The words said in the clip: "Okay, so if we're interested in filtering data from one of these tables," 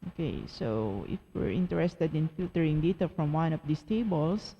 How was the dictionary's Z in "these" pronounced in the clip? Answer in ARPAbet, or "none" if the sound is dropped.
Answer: S